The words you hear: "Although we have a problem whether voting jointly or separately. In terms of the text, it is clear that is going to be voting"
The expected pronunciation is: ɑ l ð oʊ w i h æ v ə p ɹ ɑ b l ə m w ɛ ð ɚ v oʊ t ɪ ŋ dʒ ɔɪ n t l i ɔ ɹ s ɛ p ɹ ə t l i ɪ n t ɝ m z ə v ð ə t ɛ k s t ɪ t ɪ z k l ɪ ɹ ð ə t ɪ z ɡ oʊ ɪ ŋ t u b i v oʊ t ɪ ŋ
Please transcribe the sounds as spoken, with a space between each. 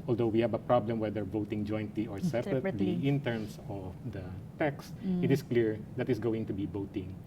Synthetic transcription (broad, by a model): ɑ l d oʊ w i h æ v ə p ɹ ɑ b l ə m w ɛ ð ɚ v oʊ t ɪ ŋ dʒ ɔɪ n t l i ɔ ɹ s ɛ p ɹ ə t l i ɪ n t ɝ m s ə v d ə t ɛ k s t ɪ t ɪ s k l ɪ ɹ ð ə t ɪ s ɡ oʊ ɪ ŋ t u b i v oʊ t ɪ ŋ